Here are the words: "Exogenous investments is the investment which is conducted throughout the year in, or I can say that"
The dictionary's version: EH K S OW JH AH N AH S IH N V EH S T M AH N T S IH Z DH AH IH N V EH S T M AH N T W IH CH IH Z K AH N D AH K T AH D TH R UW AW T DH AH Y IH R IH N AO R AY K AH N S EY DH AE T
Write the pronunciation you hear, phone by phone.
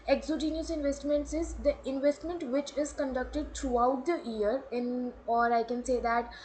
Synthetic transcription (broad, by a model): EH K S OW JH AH N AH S IH N V EH S T M AH N T S IH Z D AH IH N V EH S T M AH N T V IH CH IH Z K AH N D AH K T AH D T R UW AW T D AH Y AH R IH N AO R AY K AH N S EY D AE T